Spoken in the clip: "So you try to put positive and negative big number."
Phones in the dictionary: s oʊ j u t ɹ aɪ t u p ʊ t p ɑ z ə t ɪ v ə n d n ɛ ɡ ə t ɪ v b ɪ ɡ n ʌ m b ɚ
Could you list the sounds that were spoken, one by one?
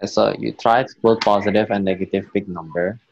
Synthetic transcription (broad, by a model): s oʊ j u t ɹ aɪ t u b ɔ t p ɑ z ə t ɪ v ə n n ɛ ɡ ə t ɪ v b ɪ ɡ n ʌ m b ɚ